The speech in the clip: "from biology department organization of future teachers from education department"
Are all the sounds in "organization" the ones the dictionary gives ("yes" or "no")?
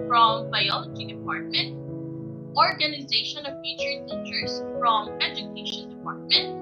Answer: yes